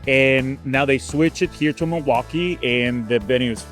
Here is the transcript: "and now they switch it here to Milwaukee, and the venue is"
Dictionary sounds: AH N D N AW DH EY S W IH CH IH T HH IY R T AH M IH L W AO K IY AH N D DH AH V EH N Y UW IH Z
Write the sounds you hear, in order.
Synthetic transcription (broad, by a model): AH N N AW DH EY S W IH CH IH T HH IY R T AH M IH W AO K IY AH N DH AH B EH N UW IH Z